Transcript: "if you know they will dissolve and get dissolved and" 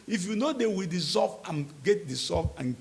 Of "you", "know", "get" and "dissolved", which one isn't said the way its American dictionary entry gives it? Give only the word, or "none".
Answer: dissolved